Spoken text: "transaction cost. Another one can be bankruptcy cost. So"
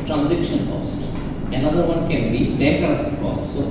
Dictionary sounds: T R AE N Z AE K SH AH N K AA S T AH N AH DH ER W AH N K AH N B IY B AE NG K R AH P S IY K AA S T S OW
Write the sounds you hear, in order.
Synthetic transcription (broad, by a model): T R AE N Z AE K SH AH N K AA S T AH N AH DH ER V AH N K AH N B IY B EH K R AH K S K AA S T S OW